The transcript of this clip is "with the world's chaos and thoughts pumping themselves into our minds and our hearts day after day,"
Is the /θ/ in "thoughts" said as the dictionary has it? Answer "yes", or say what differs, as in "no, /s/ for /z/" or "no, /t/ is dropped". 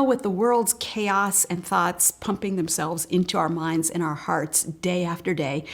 yes